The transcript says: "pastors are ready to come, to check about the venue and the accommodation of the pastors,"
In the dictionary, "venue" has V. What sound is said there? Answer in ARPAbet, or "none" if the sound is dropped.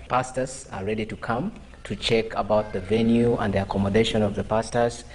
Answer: V